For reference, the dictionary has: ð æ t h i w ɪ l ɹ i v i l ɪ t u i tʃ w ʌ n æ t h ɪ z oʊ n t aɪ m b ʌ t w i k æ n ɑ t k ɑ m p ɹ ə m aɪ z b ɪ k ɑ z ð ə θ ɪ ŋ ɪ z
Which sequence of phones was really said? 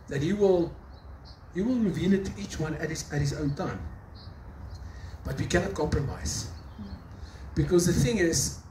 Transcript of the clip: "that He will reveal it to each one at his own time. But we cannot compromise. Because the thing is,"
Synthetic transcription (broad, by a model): ð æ t h i w ɪ l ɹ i v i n ɪ t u i tʃ w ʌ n æ t h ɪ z oʊ n t aɪ m b ʌ t w i k æ n ɑ t k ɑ m p ɹ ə m aɪ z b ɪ k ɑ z ð ə θ ɪ ŋ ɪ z